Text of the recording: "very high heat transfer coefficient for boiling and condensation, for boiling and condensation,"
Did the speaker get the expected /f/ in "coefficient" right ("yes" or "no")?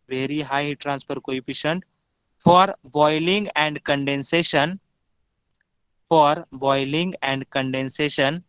no